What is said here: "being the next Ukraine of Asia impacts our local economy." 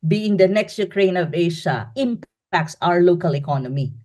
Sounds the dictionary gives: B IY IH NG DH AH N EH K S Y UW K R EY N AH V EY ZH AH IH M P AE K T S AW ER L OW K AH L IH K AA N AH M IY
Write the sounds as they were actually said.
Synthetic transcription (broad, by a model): B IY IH NG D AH N EH K S Y UW K R EY N AH V EY SH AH IH M P AE K T S AW ER L OW K AH L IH K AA N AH M IY